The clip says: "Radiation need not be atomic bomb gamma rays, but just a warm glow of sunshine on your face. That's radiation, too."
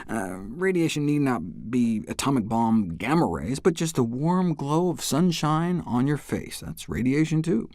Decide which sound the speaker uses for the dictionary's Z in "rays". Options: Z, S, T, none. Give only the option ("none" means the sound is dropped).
Z